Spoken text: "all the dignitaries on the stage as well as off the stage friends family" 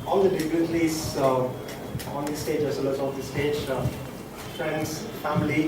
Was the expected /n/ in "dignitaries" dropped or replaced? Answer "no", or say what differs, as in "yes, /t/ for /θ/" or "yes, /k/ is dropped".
yes, /n/ is dropped